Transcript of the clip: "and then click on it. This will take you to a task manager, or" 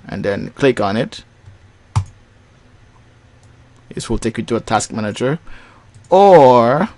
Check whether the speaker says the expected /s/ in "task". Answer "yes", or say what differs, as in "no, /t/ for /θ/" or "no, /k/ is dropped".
yes